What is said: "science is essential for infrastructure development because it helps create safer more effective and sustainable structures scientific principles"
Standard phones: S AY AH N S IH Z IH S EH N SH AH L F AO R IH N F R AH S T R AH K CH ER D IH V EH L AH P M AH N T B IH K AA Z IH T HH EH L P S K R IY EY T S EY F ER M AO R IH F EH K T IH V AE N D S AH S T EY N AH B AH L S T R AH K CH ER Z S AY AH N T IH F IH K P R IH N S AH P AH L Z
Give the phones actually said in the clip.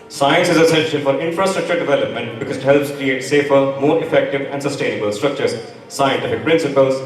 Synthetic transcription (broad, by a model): S AY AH N S IH Z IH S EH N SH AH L F AO R IH N F R AH S T R AH K CH ER D IH V EH L AH P M AH N T B IH K AA Z IH T HH EH L P S K R IY EY T S EY F ER M AO R IH F EH K T IH V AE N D S AH S T EY N AH B AH L S T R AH K CH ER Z S AY AH N T IH F IH K P R IH N S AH P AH L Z